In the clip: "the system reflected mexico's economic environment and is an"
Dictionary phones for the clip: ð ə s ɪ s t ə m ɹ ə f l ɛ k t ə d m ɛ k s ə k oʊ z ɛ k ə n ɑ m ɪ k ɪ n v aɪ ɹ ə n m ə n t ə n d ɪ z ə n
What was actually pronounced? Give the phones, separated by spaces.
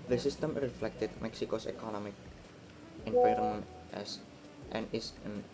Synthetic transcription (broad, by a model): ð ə s ɪ s t ə m ɹ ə f l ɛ k t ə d m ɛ k s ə k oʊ s ɛ k ə n ɑ m ɪ k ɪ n p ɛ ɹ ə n ə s t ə n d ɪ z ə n